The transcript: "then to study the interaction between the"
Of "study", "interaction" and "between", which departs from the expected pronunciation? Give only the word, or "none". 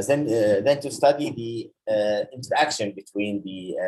none